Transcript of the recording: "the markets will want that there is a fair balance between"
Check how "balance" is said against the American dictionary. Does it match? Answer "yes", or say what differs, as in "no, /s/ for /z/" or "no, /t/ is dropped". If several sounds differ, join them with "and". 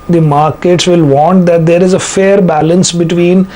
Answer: yes